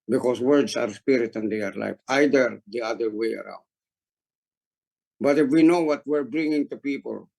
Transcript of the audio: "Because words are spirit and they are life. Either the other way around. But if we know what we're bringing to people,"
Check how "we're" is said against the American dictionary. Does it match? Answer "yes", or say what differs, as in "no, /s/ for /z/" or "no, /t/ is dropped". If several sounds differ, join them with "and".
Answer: yes